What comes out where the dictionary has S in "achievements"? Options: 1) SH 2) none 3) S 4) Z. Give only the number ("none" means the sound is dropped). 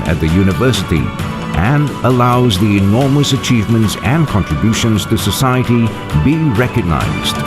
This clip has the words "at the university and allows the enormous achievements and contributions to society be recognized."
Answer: 3